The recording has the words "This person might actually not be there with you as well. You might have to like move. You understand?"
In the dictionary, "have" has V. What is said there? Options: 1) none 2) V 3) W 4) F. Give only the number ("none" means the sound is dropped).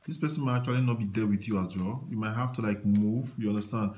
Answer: 4